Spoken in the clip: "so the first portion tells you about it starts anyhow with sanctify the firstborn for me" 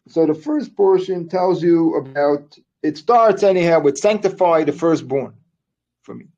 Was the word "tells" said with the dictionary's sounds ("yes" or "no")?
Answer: yes